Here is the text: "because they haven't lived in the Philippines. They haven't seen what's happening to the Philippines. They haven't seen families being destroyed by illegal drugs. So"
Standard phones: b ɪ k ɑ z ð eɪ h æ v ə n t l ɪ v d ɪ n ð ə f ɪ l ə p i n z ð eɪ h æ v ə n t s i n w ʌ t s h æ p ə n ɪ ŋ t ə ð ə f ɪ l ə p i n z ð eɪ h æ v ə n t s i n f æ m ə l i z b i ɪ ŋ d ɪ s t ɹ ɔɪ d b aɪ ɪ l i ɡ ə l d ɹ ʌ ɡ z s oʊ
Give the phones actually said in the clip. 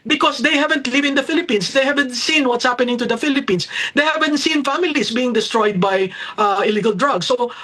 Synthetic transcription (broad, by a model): b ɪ k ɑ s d eɪ h æ v ə n t l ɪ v ɪ n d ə f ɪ l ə p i n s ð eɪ h æ v ə n t s i n w ʌ t s h æ p ə n ɪ ŋ t ə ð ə f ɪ l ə p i n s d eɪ h æ v ə n t s i n f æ m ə l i s b i ɪ ŋ d ɪ s t ɹ ɔɪ d b aɪ ɪ l i ɡ ə l d ɹ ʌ ɡ s oʊ